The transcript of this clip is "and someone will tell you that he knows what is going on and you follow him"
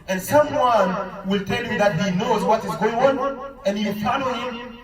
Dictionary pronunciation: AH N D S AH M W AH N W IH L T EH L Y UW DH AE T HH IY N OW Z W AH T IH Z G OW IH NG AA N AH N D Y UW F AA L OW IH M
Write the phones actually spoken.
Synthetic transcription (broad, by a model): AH N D S AH M W AH N W IH L T EH L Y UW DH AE T HH IY N OW Z W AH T IH Z G OW IH NG AA N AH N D Y UW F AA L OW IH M